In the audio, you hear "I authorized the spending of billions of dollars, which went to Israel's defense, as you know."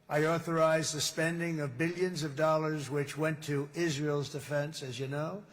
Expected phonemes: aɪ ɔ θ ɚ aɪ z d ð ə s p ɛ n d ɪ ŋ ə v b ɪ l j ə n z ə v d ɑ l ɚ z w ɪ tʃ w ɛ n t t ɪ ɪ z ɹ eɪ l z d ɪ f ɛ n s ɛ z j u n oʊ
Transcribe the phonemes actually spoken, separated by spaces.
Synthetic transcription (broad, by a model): aɪ ɔ θ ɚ aɪ z ð ə s p ɛ n d ɪ ŋ ə v b ɪ l j ə n z ə v d ɑ l ɚ z w ɪ tʃ w ɛ n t t ɪ ɪ z ɹ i l z d ɪ f ɛ n s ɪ z j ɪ n oʊ